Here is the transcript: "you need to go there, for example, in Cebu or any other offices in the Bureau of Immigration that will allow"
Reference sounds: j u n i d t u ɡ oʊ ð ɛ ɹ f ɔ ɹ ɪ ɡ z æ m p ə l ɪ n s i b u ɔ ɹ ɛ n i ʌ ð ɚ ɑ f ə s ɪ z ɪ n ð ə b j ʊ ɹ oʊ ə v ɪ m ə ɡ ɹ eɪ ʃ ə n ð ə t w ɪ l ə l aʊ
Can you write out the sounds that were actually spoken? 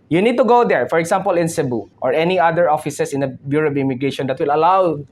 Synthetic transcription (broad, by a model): j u n i d t u ɡ oʊ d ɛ ɹ f ɔ ɹ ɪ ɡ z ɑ m p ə l ɪ n s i b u ɔ ɹ ɛ n i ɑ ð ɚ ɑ f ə s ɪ s ɪ n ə b j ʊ ɹ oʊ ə b ɪ m ə ɡ ɹ eɪ ʃ ə n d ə t w ɪ l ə l aʊ